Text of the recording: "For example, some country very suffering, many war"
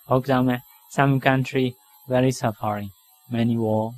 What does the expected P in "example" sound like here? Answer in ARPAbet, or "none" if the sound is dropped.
none